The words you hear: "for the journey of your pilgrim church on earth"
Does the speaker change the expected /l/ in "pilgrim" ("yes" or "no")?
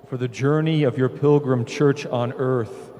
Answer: no